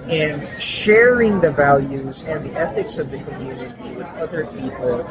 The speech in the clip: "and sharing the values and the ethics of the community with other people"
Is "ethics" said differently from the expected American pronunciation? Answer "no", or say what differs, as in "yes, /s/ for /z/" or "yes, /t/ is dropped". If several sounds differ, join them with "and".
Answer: no